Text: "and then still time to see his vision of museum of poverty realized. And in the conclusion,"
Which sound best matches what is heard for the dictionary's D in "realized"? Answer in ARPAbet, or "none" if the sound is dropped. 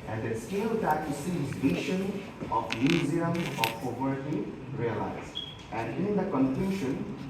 none